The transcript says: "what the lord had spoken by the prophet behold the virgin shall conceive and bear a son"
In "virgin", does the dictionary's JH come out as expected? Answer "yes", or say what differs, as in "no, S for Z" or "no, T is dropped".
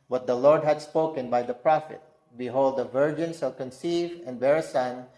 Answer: yes